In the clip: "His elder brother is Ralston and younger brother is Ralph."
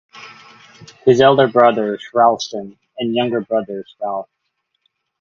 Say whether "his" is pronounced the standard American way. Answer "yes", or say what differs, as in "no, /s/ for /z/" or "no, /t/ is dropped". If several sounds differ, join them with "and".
yes